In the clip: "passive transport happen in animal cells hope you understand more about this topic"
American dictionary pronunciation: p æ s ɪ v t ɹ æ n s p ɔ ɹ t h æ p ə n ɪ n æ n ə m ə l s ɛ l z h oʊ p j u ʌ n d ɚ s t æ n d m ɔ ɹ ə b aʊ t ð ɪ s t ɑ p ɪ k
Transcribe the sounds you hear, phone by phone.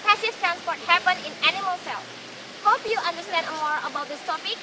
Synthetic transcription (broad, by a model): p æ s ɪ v t ɹ æ n s p ɔ ɹ t h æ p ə n ɪ n æ n ə m ə l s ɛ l h oʊ p j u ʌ n d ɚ s t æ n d m ɔ ɹ ə b aʊ t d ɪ s t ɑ p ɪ k